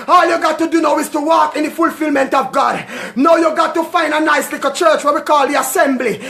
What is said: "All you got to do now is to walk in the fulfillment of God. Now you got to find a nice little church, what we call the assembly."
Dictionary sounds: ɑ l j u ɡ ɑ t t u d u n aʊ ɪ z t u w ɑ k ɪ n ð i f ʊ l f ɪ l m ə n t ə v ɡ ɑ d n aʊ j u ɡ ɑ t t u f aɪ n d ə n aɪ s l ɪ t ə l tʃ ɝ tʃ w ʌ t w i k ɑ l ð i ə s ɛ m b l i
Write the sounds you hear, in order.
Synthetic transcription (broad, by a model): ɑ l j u ɡ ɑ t t u d u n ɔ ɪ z t u w ɑ k ɪ n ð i f ʊ l f ɪ l m ə n t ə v ɡ ɑ d n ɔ j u ɡ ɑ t t u f aɪ n d ə n aɪ s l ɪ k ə tʃ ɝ tʃ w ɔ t w i k ɑ l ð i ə s ɛ m b l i